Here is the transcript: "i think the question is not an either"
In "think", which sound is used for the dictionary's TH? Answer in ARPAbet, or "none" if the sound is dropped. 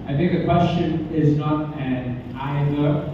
TH